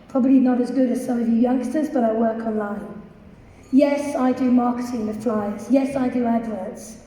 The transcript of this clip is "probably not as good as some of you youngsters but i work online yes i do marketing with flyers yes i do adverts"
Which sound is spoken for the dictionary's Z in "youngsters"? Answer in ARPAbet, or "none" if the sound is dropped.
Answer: Z